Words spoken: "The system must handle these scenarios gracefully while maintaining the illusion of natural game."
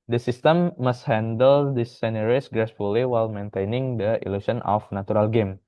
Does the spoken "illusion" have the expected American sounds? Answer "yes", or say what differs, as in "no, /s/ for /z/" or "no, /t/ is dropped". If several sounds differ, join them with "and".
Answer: no, /s/ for /ʒ/